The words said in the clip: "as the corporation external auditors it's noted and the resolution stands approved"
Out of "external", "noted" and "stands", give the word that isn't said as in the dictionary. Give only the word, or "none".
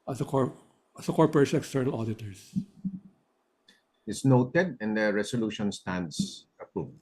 stands